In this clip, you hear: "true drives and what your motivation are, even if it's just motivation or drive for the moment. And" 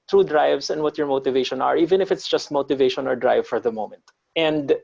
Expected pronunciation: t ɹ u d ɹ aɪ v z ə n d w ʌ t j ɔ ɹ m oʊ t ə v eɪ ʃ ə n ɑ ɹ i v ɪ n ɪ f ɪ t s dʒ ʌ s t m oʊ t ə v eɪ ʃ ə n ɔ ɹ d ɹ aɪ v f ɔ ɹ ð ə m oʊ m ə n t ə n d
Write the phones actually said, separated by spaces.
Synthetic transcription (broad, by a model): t ɹ u d ɹ aɪ v s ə n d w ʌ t j ɔ ɹ m oʊ t ə v eɪ ʃ ə n ɑ ɹ i v ɪ n ɪ f ɪ t s dʒ ʌ s t m oʊ t ə v eɪ ʃ ə n ɔ ɹ d ɹ aɪ v f ɔ ɹ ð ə m oʊ m ə n t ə n d